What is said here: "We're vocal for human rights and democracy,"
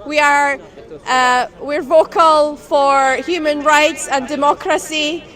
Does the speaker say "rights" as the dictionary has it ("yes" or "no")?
yes